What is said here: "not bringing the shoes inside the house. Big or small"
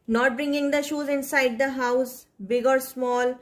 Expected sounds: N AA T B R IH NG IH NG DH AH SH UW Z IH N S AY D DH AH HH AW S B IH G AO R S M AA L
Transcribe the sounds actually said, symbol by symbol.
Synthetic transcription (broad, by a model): N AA T B R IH NG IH NG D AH SH UW Z IH N S AY D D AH HH AW S B IH G AO R S M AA L